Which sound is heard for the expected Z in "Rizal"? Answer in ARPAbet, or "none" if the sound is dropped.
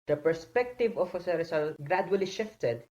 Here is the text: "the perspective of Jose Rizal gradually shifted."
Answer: S